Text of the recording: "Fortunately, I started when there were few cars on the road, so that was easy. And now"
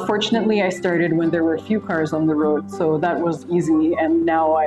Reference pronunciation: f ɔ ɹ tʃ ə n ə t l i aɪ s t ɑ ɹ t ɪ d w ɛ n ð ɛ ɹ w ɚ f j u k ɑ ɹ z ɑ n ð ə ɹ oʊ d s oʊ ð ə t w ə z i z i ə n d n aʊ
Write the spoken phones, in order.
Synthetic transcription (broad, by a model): f ɔ ɹ tʃ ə n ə t l i aɪ s t ɑ ɹ t ɪ d w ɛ n ð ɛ ɹ w ɚ f j u k ɑ ɹ z n ð ə ɹ oʊ d s oʊ ð ə t w ə z i z i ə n n aʊ